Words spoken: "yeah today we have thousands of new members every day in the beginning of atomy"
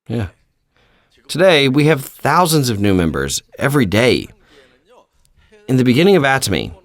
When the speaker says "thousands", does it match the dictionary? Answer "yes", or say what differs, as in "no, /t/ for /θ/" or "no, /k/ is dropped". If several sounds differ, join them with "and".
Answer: yes